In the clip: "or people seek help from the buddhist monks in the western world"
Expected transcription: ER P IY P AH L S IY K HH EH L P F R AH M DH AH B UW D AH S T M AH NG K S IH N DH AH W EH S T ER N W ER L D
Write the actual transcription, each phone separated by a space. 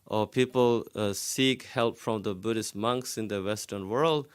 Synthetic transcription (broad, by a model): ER P IY P AH L S IY K HH EH L P F R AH M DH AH B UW D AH S T M AH NG K S IH N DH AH W EH S T ER N W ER L D